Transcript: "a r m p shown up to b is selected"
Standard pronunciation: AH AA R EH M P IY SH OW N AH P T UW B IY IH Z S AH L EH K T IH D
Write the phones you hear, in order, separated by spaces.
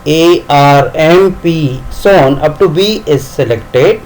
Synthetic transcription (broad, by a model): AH AA R EH M P IY S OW N AH P T UW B IY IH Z S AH L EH K T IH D